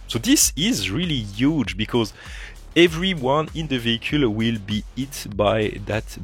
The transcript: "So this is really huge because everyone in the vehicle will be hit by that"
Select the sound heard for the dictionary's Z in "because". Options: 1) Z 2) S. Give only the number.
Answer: 1